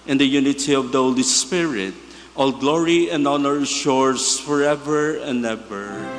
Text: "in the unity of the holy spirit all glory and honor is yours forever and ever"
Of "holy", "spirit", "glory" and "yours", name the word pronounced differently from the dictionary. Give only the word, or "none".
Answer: yours